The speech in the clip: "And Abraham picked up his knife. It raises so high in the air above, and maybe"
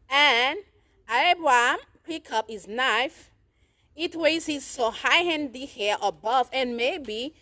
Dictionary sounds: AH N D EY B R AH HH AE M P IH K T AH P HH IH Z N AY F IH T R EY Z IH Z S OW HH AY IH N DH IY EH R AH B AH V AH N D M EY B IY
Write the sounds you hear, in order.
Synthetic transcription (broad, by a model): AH N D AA B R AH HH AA M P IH K AH P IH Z N AY F IH T W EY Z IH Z S OW HH AY IH N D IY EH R AH B AH V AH N M EY B IY